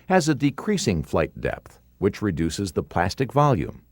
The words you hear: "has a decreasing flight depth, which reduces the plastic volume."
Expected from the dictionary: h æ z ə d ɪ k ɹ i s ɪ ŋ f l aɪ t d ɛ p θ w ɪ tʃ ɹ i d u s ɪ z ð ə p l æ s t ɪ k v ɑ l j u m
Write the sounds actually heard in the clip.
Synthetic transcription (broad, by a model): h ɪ z ə d ɪ k ɹ i s ɪ ŋ f l aɪ t d ɛ p θ w ɪ tʃ ɹ i d u s ɪ z ð ə p l æ s t ɪ k v ɑ l j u m